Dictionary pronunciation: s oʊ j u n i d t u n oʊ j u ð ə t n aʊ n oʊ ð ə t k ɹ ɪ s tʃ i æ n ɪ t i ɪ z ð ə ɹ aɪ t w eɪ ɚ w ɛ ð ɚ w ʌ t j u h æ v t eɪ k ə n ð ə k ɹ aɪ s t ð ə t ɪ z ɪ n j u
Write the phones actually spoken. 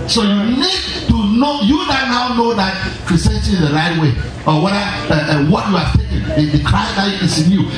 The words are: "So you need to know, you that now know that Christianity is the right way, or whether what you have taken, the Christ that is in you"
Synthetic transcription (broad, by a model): s oʊ j u n i d t u n oʊ j u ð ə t n aʊ n oʊ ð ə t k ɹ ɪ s i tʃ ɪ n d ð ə ɹ aɪ t w eɪ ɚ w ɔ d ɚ w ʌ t j u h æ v t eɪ k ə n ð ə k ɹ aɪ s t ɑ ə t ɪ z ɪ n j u